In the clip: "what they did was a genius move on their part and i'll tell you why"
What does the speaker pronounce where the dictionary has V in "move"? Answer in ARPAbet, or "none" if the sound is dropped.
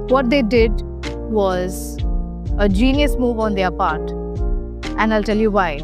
V